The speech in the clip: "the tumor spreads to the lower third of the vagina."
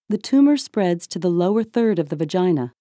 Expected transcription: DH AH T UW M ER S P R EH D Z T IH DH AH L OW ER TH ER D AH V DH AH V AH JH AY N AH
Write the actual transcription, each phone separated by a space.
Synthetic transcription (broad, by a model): DH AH T UW M ER S P R EH D Z T IH DH AH L OW ER TH ER D AH V DH AH V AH JH AY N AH